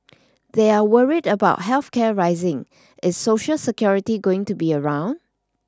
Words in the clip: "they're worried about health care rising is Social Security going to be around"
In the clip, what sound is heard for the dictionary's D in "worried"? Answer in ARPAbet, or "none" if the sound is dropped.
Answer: D